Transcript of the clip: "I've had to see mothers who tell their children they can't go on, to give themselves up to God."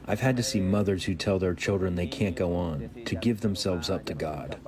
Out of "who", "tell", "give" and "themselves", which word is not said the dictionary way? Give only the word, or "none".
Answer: none